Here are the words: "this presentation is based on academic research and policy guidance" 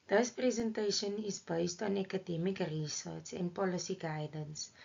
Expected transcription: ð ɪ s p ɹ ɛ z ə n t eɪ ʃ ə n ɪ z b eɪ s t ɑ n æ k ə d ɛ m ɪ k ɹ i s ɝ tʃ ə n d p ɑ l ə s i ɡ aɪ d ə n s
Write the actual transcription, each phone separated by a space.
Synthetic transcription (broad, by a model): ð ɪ s p ɹ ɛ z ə n t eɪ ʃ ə n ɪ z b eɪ s t ɑ n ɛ k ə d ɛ m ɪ k ɹ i s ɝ s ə n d p ɑ l ə s i ɡ aɪ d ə n s